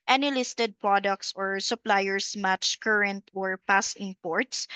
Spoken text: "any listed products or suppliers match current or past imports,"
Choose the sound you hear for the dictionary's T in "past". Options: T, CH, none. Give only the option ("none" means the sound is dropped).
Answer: none